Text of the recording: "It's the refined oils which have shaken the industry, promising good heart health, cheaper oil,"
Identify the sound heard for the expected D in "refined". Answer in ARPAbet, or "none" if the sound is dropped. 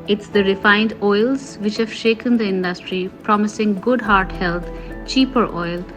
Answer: D